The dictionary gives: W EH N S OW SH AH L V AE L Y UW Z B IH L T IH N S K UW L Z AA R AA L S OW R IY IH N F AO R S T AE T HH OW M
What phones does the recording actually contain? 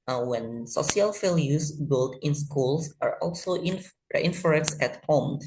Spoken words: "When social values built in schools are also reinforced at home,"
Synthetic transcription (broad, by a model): W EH N S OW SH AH L F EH L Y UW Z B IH L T IH N S K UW L S AA R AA L S OW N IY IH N F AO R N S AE T HH OW M